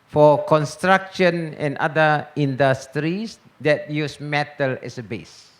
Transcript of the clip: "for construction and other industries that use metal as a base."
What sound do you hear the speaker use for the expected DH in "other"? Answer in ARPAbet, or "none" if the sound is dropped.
none